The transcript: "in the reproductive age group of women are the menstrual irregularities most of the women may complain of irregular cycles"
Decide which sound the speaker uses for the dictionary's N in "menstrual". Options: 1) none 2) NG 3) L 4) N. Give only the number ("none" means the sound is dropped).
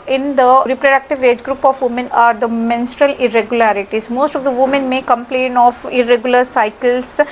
4